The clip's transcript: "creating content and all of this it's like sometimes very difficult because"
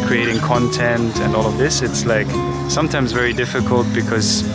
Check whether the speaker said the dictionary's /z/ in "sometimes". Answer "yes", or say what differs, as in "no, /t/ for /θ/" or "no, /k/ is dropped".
yes